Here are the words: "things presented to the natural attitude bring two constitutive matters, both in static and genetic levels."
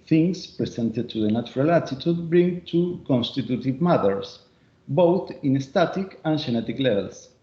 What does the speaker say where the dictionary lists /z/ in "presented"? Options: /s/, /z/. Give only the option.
/s/